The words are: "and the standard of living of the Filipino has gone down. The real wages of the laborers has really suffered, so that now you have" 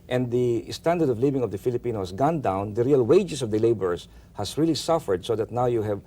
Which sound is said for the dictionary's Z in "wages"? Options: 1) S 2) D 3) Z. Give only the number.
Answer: 1